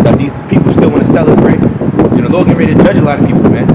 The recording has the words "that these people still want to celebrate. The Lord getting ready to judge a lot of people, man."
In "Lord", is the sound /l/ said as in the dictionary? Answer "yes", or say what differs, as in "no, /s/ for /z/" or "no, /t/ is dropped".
no, /n/ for /l/